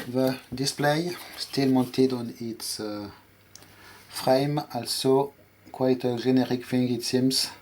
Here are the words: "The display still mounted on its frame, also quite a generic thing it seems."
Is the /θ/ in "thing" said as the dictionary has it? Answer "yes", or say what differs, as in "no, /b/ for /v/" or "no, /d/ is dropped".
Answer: no, /f/ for /θ/